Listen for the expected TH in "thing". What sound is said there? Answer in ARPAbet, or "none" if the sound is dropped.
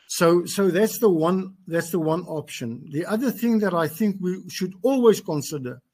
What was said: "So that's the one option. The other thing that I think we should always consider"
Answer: TH